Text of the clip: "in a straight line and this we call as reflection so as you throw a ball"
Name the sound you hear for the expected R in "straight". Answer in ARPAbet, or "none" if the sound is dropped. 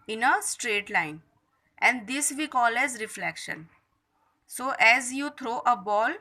R